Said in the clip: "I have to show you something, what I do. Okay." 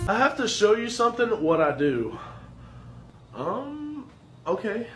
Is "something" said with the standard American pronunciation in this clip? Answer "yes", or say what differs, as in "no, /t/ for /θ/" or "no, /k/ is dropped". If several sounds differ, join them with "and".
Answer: yes